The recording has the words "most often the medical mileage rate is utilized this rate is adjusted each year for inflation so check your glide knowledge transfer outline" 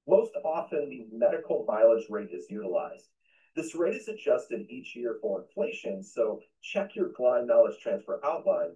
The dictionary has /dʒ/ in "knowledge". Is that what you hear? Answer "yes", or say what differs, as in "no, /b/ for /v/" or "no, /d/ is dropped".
no, /z/ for /dʒ/